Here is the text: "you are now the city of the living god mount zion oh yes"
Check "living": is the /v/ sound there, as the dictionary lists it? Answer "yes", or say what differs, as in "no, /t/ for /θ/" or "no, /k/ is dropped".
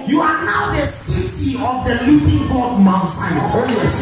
no, /p/ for /v/